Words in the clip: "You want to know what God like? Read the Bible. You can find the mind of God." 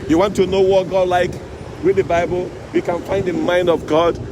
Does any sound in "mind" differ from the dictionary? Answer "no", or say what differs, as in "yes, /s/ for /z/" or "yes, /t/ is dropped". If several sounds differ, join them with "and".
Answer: no